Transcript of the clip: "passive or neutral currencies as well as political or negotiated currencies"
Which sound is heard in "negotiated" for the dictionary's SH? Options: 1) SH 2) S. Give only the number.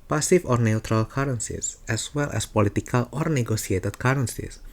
2